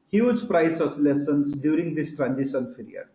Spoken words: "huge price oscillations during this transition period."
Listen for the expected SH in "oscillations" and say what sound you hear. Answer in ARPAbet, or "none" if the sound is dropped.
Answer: S